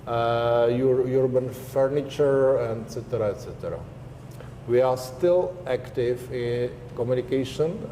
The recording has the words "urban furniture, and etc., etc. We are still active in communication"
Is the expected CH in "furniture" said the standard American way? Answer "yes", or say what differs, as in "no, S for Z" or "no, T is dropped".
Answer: yes